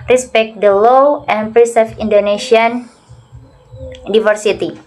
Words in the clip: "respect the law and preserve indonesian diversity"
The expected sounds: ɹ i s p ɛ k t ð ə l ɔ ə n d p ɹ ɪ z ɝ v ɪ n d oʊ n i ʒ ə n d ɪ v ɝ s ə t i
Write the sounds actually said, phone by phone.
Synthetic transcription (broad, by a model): ɹ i s p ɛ k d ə l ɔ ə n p ɹ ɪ s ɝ f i n d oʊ n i s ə n d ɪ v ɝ s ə t i